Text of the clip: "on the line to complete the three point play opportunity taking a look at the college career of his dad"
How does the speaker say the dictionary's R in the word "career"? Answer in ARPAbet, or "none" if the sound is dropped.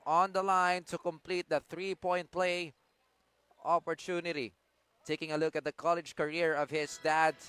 R